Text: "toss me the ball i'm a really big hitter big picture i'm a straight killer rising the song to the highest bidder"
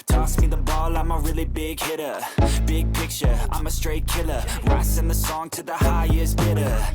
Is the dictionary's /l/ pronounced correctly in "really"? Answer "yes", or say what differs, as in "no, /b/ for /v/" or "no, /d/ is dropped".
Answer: yes